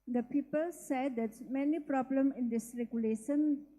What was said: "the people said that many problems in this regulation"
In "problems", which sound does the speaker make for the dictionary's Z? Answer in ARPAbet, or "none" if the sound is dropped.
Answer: none